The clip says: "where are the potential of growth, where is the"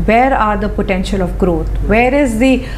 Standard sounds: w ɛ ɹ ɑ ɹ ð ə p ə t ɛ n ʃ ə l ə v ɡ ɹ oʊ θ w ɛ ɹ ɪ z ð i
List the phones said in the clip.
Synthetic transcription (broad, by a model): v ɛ ɹ ɑ ɹ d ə p ə t ɛ n ʃ ə l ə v ɡ ɹ oʊ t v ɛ ɹ ɪ z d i